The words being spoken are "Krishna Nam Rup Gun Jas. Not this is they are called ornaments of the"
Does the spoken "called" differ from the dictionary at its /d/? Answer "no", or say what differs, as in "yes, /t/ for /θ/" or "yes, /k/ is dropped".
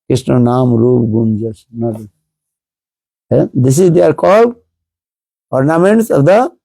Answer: yes, /d/ is dropped